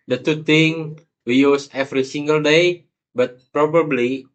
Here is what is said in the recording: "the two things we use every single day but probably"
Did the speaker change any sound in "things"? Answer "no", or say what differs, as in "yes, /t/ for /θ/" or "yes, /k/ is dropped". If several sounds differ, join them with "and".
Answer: yes, /t/ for /θ/ and /z/ is dropped